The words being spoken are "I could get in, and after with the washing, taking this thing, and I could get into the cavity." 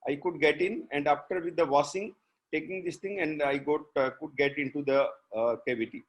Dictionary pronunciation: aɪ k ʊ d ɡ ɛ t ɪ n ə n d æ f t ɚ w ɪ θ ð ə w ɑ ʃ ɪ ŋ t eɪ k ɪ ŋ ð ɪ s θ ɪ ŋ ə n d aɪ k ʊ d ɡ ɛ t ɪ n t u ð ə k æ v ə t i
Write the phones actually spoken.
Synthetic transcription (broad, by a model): aɪ k ʊ d ɡ ɛ t ɪ n ə n d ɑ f t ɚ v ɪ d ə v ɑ s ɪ ŋ t eɪ k ɪ ŋ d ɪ s t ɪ ŋ ə n d aɪ k ʊ d ɡ ɛ t ɪ n t u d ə k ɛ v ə t i